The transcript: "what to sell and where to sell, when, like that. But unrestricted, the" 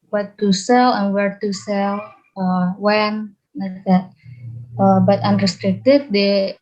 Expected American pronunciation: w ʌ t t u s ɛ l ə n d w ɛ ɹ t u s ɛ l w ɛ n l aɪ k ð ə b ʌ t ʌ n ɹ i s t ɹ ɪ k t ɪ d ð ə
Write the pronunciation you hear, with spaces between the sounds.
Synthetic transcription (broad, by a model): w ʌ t t u s ɛ l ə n w ɛ ɹ t u s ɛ l w ɛ n n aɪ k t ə b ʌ t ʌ n ɹ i s t ɹ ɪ k t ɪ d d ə